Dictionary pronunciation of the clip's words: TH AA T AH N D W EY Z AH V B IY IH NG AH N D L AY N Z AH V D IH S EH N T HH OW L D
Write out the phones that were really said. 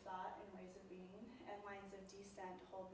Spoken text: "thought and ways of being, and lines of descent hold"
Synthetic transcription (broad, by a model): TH AA T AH N W EY Z AH V B IY IH NG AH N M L AY N Z AH V D IH S EH N T HH OW L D